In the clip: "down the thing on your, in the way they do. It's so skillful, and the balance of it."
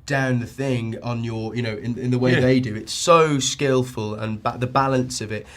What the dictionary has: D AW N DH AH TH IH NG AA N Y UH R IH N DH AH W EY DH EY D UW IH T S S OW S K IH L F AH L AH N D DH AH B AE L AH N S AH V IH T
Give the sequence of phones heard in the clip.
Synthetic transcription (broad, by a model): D AW N DH AH TH IH NG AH N Y UH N IH N DH AH W EY DH EY D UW IH T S S OW S K IH L F AH L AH N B DH AH B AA L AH N S AH V IH T